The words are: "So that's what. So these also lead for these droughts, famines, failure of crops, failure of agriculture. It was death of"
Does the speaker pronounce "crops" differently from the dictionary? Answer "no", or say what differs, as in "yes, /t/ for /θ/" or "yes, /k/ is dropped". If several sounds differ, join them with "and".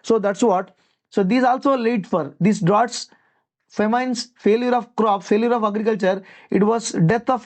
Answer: yes, /s/ is dropped